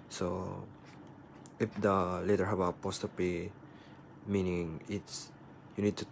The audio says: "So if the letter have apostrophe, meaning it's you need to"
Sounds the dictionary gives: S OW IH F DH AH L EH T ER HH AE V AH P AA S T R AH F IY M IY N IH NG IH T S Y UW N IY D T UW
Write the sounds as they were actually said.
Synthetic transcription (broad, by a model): S OW IH F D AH L EH T ER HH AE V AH P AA S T AH P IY M IY N IH NG IH T S Y UW N IY D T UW